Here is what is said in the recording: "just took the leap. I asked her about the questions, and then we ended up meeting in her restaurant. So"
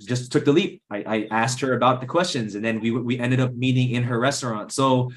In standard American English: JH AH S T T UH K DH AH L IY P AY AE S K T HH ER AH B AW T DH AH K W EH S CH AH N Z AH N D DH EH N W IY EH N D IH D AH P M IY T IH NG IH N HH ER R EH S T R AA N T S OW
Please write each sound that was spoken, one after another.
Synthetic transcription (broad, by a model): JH AH S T T UH K DH AH L IY P AY AE S K T HH ER AH B AW T DH AH K W EH S CH AH N Z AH N DH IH N W IY EH N D IH D AH P M IY T IH NG IH N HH ER R EH S T R AA N T S OW